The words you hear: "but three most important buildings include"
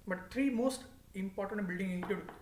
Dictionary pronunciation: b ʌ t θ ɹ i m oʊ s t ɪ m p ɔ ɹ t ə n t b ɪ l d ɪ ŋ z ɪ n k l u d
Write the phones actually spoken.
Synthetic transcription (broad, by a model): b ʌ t t ɹ i m oʊ s t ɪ m p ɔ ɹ t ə n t b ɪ l d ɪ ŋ ɪ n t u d